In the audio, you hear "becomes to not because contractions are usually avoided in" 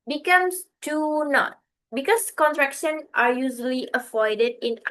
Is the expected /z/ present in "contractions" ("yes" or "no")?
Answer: no